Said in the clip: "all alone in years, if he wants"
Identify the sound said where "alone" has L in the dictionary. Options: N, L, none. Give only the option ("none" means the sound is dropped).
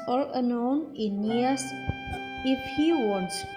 N